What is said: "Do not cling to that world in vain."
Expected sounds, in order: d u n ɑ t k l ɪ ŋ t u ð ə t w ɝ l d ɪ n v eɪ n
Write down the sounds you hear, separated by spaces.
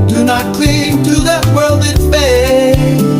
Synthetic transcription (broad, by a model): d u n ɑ t k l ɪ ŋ t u ð ə t w ɝ l d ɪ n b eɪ